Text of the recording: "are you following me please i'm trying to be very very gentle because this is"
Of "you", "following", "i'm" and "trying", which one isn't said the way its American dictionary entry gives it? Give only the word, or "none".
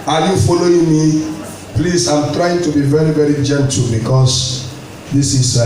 none